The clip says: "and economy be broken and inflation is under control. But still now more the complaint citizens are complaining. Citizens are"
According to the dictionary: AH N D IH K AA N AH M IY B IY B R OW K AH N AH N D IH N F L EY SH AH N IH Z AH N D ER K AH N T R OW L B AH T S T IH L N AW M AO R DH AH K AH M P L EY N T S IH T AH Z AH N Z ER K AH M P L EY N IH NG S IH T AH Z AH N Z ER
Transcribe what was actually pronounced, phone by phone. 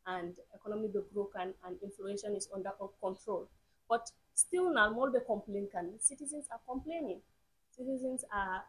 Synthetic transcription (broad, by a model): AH N D IH K AA N AH M IY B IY B R OW K AH N AH N D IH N F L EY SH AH N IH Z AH N D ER K AH N T R OW L B AH T S T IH L N AW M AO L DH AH K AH M P L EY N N S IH T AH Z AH N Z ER K AH M P L EY N IH NG S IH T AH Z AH N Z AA